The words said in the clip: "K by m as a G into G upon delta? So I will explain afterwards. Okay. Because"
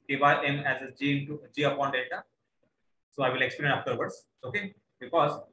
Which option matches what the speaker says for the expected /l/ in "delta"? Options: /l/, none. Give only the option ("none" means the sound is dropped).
none